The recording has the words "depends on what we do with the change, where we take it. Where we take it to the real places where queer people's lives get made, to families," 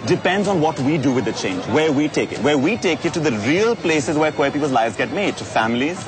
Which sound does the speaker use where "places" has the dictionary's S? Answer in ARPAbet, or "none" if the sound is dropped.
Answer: S